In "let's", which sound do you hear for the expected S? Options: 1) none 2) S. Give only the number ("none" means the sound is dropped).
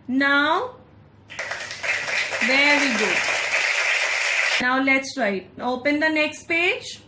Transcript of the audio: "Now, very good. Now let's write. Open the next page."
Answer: 2